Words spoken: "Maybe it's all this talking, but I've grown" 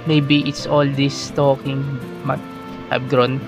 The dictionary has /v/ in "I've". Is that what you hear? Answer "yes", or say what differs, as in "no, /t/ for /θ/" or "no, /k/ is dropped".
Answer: no, /b/ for /v/